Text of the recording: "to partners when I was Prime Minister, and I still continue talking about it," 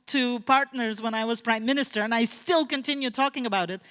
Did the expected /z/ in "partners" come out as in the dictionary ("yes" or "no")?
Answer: yes